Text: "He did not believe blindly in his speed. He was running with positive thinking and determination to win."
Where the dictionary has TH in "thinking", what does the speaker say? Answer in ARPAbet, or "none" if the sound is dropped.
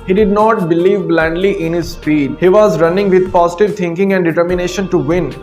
T